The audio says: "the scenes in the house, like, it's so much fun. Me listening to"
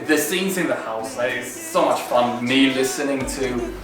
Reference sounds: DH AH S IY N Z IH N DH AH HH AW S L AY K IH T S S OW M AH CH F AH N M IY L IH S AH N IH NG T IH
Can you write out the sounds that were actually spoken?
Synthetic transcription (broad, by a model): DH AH S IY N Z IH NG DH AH HH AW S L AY IH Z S S OW M AH CH F AH N M IY L IH S AH N IH NG T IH